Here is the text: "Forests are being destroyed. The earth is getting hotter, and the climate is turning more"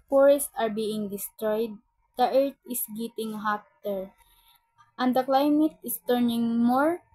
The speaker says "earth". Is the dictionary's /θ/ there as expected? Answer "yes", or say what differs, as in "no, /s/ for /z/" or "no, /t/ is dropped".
no, /t/ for /θ/